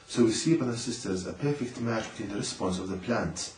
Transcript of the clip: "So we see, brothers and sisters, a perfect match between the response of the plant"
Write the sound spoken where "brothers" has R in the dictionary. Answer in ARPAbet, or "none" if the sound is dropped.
none